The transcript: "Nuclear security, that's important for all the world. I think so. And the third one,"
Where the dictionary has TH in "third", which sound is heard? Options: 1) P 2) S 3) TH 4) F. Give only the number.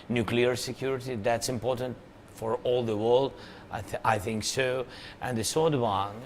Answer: 2